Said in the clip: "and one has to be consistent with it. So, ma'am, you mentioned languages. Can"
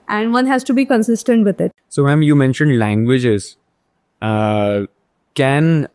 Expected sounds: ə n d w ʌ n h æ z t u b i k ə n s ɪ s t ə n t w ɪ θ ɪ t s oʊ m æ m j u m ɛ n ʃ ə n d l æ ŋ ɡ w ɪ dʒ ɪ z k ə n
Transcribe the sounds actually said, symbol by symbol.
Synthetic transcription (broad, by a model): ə n d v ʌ n h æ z t u b i k ə n s ɪ s t ə n t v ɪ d ɪ t s oʊ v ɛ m j u m ɛ n ʃ ə n d l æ ŋ ɡ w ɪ dʒ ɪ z k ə n